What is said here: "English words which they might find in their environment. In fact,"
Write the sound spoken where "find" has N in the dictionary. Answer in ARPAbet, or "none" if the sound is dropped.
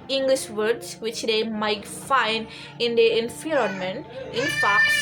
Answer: N